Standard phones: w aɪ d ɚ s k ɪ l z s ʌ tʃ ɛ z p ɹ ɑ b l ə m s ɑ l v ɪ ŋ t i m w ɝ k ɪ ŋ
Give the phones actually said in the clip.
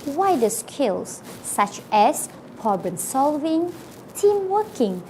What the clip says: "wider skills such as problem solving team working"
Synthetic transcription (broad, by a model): w aɪ d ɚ s k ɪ l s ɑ tʃ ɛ s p ɑ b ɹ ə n s ɑ l v ɪ ŋ t i m w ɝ k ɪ ŋ